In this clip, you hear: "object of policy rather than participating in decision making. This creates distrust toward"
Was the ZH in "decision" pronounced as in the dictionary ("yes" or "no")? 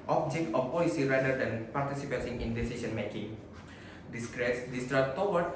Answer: no